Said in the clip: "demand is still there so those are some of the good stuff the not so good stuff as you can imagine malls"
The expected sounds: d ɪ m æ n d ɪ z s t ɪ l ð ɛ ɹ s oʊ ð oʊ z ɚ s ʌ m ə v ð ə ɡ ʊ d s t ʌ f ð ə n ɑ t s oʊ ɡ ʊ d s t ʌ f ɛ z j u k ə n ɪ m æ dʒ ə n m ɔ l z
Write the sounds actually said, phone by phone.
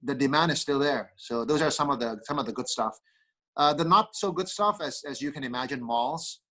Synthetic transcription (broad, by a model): d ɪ m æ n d ɪ z s t ɪ l ð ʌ ɹ s oʊ ð oʊ z ɚ s ʌ m ə v ð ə ɡ ʊ d s t ʌ f ð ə n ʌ t s oʊ ɡ ʊ d s t ʌ f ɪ z j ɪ k ə n ɪ m æ dʒ ə n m ɔ l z